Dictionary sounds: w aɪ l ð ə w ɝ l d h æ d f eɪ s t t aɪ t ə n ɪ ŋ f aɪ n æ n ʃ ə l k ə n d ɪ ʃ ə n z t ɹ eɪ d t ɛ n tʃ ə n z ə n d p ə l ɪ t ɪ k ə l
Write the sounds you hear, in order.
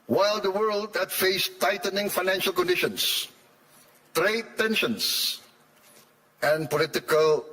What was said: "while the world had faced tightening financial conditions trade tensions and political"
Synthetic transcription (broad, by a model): w aɪ l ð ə w ɝ l d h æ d f eɪ s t t aɪ t ə n ɪ ŋ f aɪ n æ n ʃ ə l k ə n d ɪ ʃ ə n s t ɹ eɪ d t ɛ n ʃ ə n s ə n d p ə l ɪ t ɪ k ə l